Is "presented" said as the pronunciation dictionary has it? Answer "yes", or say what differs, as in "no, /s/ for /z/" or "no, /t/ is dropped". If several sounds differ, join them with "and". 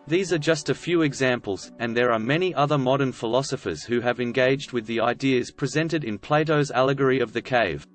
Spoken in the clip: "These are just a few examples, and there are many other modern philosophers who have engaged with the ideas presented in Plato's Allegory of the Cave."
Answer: yes